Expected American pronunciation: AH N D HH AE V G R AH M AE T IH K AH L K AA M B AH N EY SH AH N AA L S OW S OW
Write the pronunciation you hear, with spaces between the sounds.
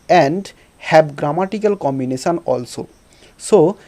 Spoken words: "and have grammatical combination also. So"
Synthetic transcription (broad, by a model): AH N D HH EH B G R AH M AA T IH K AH L K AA M B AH N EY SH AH N AA L S OW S OW